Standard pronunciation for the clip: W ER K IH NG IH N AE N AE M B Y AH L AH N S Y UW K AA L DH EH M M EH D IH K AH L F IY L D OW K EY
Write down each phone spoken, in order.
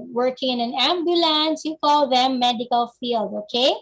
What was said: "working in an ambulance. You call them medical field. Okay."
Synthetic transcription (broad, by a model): W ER K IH NG IH N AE N AE M B Y AH L AH N S Y UW K AA L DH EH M M EH D IH K AH L F IY L D OW K EY